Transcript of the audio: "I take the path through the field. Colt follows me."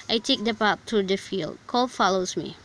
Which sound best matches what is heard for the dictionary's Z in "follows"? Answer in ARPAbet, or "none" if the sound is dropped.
S